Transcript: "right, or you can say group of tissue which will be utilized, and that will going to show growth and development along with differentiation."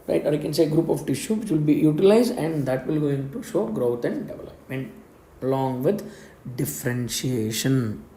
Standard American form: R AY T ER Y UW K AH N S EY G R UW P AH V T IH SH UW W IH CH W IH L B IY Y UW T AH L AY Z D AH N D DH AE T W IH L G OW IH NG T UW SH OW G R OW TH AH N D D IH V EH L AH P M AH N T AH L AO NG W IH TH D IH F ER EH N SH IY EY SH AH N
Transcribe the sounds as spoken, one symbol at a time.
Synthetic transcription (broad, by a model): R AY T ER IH K AH N S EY G R UW P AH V T IH SH UW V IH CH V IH L B IY Y UW T AH L AY Z D AH N D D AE T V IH L G OW IH NG T UW SH OW G R OW T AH N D D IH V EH L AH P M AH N AH L AO NG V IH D D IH F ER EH N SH IY EY SH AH N